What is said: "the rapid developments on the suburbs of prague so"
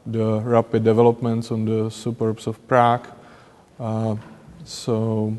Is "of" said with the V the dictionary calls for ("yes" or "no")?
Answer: no